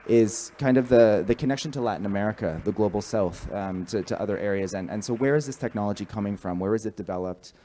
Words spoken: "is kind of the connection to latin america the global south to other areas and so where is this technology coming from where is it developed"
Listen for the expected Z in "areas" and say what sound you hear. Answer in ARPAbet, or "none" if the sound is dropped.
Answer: Z